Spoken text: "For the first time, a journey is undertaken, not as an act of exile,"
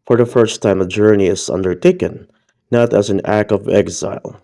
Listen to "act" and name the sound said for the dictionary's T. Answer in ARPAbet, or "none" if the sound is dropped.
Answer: none